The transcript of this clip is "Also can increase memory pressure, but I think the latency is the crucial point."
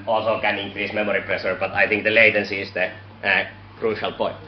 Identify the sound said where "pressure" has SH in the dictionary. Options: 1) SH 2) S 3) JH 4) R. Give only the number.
2